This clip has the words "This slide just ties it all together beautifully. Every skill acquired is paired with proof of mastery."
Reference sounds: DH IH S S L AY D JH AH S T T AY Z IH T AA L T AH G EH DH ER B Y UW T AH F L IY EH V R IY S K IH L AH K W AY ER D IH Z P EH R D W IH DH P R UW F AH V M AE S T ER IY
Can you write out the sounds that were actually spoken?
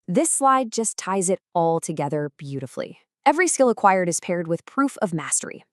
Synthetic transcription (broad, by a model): DH IH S S L AY D JH AH S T T AY Z IH T AA L T AH G EH DH ER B Y UW T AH F L IY EH V R IY S K IH L AH K W AY ER D IH Z P EH R D W IH DH P R UW F AH V M AE S T ER IY